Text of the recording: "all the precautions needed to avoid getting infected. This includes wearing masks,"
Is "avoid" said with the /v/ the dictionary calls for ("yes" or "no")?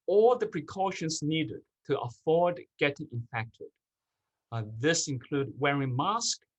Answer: no